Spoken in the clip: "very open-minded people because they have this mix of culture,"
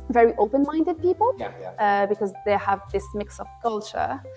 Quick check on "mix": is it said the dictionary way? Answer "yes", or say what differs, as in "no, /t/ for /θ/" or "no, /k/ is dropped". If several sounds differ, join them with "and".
yes